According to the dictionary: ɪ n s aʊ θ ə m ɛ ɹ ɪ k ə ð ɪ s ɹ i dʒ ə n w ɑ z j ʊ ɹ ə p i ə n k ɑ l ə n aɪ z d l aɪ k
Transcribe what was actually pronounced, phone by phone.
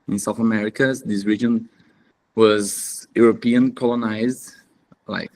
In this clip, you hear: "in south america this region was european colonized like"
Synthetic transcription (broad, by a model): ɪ n s aʊ θ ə m ɛ ɹ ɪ k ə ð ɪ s ɹ i dʒ ə n w ɑ z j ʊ ɹ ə p i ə n k ɑ l ə n aɪ z d l aɪ k